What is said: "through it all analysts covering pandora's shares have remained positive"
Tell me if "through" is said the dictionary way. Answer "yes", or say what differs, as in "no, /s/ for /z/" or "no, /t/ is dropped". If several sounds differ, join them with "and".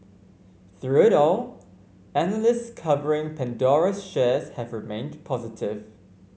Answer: yes